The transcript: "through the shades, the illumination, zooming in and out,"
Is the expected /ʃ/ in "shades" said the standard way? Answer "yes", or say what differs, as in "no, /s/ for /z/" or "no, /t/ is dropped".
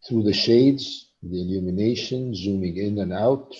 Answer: yes